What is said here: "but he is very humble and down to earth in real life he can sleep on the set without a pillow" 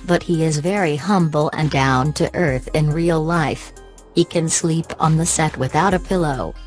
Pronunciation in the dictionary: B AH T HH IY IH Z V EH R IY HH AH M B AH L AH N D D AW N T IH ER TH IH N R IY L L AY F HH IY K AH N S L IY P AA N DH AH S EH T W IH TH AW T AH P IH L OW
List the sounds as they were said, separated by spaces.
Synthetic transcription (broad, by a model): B AH T HH IY IH Z V EH R IY HH AH M B L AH N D D AW N T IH ER TH IH N R IY L L AY F HH IY K AH N S L IY P N DH AH S EH T W IH TH AW T AH P IH L OW